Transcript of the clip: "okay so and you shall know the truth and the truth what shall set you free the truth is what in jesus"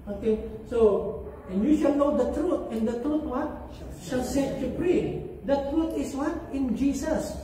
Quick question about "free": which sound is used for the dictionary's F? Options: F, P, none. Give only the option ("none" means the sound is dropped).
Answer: P